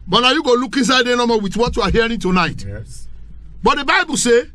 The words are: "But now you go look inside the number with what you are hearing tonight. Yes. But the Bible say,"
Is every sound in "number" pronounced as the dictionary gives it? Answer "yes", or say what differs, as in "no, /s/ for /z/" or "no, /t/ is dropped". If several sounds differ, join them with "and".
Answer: no, /b/ is dropped